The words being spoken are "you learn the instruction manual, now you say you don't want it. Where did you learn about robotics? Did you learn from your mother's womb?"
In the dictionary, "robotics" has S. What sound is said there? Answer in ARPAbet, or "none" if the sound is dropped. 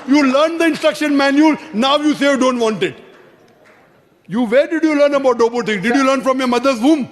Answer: none